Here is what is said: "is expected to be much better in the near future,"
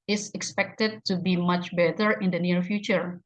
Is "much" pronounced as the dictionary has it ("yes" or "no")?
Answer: yes